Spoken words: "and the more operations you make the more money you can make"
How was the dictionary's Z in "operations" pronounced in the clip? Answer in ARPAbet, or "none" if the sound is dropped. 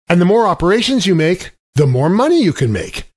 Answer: Z